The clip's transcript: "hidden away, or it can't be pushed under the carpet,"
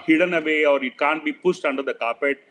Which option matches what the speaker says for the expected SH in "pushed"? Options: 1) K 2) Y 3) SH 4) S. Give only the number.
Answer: 4